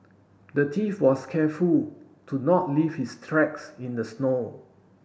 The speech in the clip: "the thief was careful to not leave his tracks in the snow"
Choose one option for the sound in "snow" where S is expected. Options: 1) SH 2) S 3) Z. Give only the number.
2